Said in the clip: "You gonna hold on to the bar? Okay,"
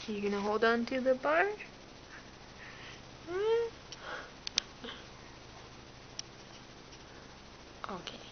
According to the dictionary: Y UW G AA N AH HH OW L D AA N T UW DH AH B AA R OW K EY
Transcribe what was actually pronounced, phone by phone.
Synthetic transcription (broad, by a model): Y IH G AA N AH HH OW L D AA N T UW DH AH B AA R OW K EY